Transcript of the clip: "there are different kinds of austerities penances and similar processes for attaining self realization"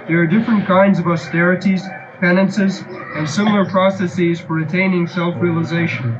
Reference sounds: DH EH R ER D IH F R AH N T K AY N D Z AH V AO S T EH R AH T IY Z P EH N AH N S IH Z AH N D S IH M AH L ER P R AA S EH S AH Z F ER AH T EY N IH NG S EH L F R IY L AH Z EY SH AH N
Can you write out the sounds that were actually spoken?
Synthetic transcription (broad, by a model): DH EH R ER D IH F R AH N K AY N D Z AH V AO S T EH R AH T IY Z P EH N AH N S IH Z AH N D S IH M L ER P R AA S EH S AH Z F ER AH T EY N IH NG S EH L F R IY L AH Z EY SH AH N